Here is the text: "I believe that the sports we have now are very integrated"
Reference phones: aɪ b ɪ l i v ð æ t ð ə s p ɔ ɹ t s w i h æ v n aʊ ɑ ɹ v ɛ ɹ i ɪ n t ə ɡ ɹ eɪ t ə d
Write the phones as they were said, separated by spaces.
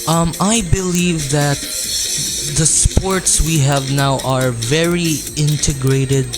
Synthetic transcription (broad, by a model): aɪ b ɪ l i v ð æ t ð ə s p ɔ ɹ t s w i h æ v n aʊ ɑ ɹ v ɛ ɹ i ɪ n t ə ɡ ɹ eɪ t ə d